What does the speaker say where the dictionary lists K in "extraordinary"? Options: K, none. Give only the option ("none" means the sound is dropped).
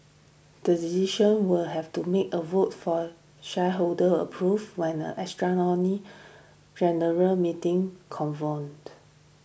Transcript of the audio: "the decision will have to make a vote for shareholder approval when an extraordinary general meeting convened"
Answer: none